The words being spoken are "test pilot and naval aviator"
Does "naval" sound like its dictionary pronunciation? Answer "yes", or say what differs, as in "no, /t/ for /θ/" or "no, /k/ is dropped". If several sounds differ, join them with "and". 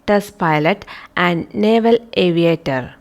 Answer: yes